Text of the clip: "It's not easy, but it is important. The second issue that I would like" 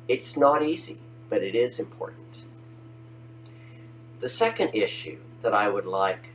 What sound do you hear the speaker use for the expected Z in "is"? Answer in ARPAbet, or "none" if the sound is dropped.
Z